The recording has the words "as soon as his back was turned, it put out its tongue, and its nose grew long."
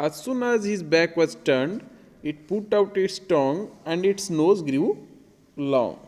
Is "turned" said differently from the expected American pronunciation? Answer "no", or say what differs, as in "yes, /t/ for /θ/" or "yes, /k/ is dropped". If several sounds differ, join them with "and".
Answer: no